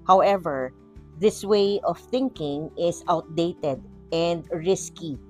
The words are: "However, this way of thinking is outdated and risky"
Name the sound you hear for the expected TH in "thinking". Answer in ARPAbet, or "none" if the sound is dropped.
TH